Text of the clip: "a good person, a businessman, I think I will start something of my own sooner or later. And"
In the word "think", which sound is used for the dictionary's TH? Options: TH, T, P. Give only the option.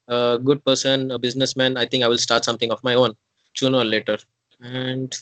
T